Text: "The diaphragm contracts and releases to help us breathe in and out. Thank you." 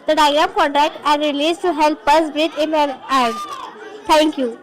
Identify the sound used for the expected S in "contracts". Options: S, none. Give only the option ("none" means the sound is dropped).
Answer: none